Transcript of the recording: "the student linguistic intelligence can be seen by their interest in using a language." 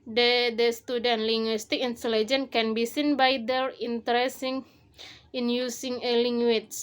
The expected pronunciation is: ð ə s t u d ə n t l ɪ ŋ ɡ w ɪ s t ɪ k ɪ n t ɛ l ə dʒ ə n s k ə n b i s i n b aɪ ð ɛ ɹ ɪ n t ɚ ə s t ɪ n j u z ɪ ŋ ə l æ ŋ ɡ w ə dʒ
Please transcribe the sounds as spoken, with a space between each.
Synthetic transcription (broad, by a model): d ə s t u d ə n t l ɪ ŋ ɡ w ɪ s t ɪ k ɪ n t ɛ l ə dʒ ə n k ə n b i s i n b aɪ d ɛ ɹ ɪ n t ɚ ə s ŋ ɪ n j u s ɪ ŋ ə l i ŋ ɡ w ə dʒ